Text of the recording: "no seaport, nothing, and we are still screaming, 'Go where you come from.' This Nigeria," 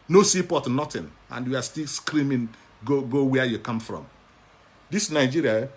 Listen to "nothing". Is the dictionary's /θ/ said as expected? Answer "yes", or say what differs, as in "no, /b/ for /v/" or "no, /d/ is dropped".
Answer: no, /t/ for /θ/